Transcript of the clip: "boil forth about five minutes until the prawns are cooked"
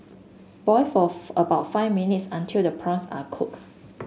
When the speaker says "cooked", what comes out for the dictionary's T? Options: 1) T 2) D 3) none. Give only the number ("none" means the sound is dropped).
3